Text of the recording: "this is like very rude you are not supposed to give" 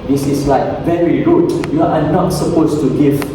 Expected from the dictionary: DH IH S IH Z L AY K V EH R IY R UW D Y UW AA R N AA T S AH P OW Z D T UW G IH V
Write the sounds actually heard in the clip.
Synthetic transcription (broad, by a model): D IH S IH S L AY K V EH R IY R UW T Y UW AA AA N AA T S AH P OW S T UW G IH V